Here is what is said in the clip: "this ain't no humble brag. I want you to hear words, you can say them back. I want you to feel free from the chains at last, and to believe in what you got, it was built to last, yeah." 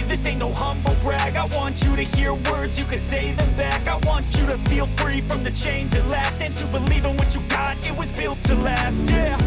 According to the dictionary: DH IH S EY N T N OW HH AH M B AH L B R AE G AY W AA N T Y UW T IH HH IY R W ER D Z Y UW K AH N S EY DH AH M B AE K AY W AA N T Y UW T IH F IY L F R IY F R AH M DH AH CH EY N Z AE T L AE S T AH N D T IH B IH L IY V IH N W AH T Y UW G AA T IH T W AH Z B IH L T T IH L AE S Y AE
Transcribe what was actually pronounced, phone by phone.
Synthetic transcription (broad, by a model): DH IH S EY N N OW HH AH M B L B R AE G AY W AA N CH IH T IH HH IY R W ER D Z Y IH K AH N S EY DH AH M B AE K AY W AA N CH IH T IH F IY L F R IY F R AH M DH AH CH EY N Z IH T L AE S T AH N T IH B IH L IY V IH N W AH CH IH G AA T IH T W AH Z B IH L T T IH L AE S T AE